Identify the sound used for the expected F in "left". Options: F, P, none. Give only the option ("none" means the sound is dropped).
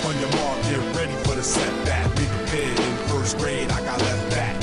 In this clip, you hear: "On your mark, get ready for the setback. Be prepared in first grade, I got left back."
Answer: none